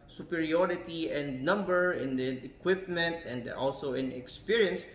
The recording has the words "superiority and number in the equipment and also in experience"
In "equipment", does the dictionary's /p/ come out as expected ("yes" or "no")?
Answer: yes